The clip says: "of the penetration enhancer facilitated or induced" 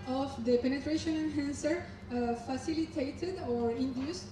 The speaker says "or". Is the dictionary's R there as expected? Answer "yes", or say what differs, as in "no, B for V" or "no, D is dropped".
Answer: yes